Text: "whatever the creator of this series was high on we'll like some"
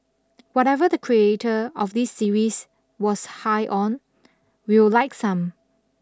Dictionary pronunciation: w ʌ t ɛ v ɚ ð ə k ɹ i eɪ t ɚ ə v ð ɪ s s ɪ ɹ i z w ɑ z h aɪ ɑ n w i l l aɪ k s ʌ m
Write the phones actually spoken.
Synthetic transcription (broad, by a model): w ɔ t ɛ v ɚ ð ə k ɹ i eɪ t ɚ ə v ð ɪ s s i ɹ i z w ɑ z h aɪ ɑ n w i w l aɪ k s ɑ m